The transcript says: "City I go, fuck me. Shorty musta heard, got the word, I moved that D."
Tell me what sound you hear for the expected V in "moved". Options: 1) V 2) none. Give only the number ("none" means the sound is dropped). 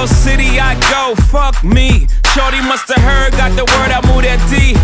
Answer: 2